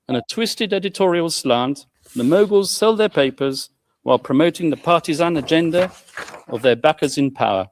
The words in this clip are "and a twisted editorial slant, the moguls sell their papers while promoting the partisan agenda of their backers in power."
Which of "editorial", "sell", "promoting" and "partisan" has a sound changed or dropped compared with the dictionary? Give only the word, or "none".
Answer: none